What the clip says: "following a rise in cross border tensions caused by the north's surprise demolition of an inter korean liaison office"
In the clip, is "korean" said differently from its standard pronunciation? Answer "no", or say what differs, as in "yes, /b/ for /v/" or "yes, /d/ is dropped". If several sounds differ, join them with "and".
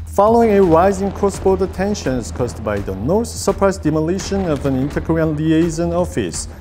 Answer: yes, /ɹ/ is dropped